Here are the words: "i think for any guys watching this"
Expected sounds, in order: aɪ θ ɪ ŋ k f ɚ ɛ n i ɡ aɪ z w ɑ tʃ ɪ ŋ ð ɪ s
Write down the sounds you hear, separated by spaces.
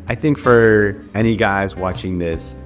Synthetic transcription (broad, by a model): aɪ θ ɪ ŋ k f ɚ ɛ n i ɡ aɪ z w ɑ tʃ ɪ ŋ ð ɪ s